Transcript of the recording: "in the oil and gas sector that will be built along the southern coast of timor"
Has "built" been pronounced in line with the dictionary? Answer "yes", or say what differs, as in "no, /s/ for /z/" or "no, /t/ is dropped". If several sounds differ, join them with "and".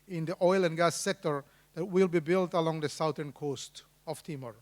yes